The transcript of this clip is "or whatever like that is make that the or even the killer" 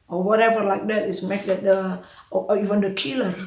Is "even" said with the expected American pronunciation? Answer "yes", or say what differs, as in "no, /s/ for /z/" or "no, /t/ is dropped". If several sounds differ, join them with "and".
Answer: yes